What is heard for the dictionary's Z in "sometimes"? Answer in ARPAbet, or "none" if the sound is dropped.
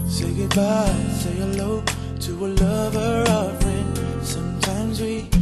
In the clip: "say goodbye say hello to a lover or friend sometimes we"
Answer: Z